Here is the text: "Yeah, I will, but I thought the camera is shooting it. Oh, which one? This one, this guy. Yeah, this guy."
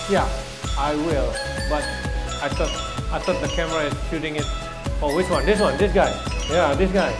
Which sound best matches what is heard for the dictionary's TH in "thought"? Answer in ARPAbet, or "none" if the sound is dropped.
T